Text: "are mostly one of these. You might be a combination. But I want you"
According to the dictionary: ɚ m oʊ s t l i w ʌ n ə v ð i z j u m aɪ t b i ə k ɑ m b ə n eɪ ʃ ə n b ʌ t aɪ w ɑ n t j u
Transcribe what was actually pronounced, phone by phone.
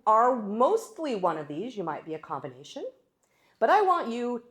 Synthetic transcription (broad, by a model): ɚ m oʊ s t l i w ʌ n ə v ð i z j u m aɪ t b i ə k ɑ m b ə n eɪ ʃ ə n b ʌ t aɪ w ɑ n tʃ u